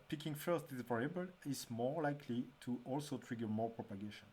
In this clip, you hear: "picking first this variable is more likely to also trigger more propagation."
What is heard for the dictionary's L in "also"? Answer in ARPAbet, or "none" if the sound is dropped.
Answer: L